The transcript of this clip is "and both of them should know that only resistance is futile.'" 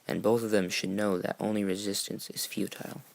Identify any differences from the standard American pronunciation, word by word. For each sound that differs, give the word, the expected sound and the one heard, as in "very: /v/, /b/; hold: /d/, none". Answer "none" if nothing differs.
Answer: none